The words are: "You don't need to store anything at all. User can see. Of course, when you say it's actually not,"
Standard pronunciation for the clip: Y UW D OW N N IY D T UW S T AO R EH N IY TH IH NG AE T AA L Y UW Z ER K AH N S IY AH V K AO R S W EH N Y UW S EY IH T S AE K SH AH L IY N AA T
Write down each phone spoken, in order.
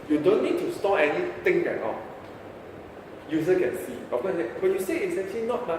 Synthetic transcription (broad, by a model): Y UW D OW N N IY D T UW S T AO EH N IY T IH NG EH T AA Y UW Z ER K AH N S IY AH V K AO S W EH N Y UW S EY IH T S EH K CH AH L IY N AA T